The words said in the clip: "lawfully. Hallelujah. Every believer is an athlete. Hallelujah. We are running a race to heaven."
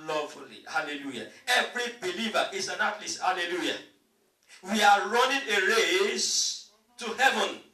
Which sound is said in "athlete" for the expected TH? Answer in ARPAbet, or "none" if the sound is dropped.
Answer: T